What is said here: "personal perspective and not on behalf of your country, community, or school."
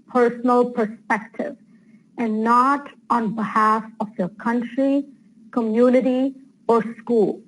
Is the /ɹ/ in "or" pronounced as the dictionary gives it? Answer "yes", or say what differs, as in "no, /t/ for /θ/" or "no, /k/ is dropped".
yes